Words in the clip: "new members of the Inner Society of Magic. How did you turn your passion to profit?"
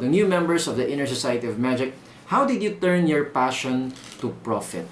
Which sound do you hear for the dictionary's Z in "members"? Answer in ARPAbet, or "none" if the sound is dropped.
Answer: S